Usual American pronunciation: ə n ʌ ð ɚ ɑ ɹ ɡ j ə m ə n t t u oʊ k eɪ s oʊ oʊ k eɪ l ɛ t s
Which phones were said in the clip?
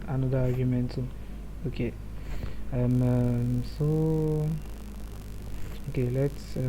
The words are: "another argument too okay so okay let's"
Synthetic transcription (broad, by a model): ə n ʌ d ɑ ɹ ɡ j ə m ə n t s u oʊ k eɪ s oʊ oʊ k eɪ l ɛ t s